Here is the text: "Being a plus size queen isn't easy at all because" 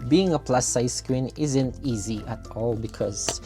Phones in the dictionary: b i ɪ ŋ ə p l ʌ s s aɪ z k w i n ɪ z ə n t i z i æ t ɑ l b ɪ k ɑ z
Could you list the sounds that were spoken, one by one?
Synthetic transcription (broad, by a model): b i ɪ ŋ ə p l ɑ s s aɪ s k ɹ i n ɪ z ə n t i z i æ t ɑ l b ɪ k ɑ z